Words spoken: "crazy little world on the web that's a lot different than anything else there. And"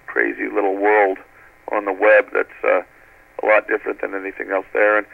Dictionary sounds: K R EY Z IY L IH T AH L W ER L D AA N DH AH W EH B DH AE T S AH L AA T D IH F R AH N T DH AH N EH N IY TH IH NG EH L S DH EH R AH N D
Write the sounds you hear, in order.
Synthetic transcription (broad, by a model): K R EY Z IY L IH T L W ER L D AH N DH AH W EH B DH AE T S AH L AA T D IH F R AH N DH AH N EH N IY TH IH NG EH L S DH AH R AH N